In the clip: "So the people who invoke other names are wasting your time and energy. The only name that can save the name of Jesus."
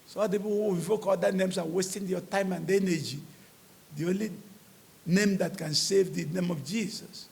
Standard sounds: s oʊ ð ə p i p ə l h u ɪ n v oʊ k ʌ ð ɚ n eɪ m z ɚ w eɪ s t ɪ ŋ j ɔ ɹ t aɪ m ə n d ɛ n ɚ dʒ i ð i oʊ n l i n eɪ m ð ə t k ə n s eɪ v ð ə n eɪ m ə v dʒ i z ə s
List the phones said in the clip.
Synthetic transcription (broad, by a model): s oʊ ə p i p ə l h u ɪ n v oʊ k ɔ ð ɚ n eɪ m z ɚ w eɪ s t ɪ ŋ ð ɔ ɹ t aɪ m ə n d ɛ n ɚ dʒ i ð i oʊ n l i n eɪ m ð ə t k ə n s eɪ v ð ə n eɪ m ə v dʒ i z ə s